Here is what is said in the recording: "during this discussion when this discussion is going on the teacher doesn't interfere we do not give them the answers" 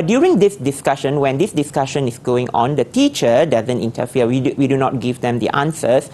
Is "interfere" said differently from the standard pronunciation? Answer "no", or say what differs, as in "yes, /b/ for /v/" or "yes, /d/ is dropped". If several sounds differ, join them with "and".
yes, /w/ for /ɹ/